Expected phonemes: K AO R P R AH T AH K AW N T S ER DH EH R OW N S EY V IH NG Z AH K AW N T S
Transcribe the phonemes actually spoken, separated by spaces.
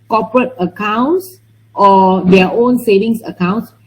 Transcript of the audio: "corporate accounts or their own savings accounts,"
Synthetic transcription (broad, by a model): K AO P R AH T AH K AW N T S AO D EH OW N S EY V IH NG S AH K AW N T S